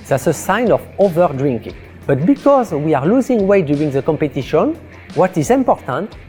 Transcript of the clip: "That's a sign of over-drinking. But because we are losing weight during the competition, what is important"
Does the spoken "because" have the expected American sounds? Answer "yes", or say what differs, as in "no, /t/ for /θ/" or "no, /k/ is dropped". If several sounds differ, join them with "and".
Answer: yes